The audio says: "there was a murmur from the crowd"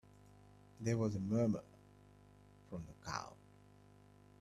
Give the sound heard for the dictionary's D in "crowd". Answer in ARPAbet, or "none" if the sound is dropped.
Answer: none